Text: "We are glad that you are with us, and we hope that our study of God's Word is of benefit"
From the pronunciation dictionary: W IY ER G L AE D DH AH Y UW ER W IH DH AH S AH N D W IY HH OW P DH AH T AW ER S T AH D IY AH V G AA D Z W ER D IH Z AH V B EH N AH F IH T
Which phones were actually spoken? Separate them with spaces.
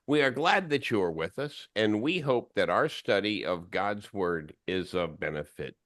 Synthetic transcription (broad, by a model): W IY ER G L AE D DH AH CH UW ER W IH DH AH S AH N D W IY HH OW P DH AH T AW ER S T AH D IY AH V G AA D Z W ER D IH Z AH V B EH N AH F IH T